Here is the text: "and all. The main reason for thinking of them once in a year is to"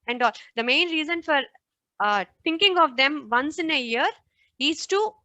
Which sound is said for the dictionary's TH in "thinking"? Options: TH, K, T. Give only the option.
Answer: T